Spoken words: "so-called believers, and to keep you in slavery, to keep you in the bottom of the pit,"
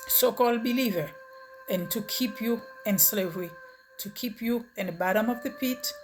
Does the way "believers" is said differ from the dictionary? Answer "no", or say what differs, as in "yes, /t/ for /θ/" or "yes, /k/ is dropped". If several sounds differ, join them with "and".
yes, /z/ is dropped